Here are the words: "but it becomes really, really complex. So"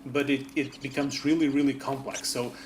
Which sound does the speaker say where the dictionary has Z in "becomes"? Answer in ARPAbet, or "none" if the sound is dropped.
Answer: Z